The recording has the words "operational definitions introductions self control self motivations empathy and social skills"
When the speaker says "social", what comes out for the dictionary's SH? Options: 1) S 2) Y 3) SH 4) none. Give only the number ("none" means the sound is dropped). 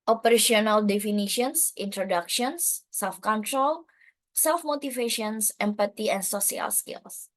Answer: 1